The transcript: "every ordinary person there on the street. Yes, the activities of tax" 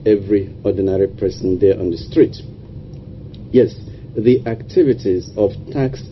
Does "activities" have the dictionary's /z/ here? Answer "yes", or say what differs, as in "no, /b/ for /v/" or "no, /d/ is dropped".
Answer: yes